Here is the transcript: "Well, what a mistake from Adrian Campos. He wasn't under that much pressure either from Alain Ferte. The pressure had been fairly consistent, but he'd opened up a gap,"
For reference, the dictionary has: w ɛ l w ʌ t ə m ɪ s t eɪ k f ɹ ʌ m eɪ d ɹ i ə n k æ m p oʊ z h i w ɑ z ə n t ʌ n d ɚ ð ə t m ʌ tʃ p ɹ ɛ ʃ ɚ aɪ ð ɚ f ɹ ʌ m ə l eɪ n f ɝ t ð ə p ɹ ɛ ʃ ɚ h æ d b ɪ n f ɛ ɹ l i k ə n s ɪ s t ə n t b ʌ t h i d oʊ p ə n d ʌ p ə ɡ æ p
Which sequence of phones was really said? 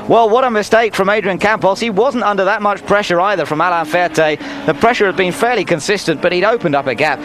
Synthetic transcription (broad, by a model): w ɛ l w ʌ t ə m ɪ s t eɪ k f ɹ ʌ m eɪ d ɹ i ə n k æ m p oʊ s h i w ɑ z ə n t ʌ n d ɚ ð ə t m ʌ tʃ p ɹ ɛ ʃ ɚ aɪ ð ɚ f ɹ ʌ m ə l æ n f ɝ t ð ə p ɹ ɛ ʃ ɚ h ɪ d b ɪ n f ɛ ɹ l i k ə n s ɪ s t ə n b ʌ t h i d oʊ p ə n d ʌ p ə ɡ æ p